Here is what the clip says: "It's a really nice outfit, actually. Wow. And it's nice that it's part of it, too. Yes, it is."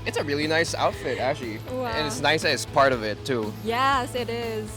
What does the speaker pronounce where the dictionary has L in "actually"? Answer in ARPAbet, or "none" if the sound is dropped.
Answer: none